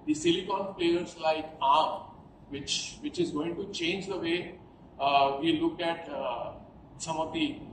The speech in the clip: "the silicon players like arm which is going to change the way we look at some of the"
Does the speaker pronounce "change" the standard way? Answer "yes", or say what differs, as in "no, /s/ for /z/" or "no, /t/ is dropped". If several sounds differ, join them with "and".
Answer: yes